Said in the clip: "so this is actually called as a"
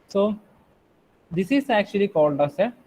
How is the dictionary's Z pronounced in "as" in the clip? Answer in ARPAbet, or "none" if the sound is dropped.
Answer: S